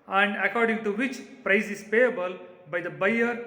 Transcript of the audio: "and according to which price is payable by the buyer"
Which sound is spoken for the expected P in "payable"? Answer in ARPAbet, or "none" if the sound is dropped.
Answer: P